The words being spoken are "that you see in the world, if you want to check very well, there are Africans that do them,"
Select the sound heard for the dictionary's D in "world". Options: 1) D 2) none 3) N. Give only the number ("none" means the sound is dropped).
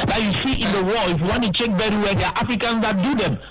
2